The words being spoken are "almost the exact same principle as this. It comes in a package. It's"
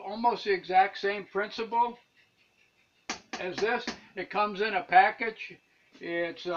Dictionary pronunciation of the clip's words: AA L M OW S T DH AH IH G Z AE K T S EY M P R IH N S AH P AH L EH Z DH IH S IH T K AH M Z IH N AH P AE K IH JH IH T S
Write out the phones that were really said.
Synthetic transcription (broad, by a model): AA L M OW S T IH G Z AE K T S EY M P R IH N S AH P L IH Z DH IH S IH T K AH M Z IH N AH P AE K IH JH IH T S